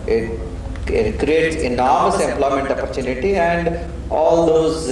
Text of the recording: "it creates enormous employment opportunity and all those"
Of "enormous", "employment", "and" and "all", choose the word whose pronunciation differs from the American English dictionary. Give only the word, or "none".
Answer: none